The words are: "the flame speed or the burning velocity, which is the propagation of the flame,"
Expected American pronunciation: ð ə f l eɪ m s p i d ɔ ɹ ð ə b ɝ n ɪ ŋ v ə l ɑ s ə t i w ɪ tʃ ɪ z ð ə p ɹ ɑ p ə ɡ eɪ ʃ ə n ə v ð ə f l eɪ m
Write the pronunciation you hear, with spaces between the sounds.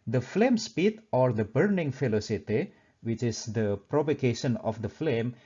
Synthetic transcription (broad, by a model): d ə f l eɪ m s p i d ɔ ɹ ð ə b ɝ n ɪ ŋ f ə l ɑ s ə t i w ɪ tʃ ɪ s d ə p ɹ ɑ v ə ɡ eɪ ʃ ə n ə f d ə f l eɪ m